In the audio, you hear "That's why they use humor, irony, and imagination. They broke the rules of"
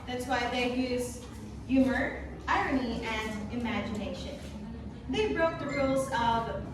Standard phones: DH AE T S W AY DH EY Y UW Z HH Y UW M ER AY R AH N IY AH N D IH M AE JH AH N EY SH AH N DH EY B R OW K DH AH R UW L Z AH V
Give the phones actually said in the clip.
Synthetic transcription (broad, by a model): DH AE T S W AY DH EY Y UW Z Y UW M ER AY R AH N IY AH N IH M AE JH AH N EY SH AH N DH EY B R OW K DH AH R UW L Z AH V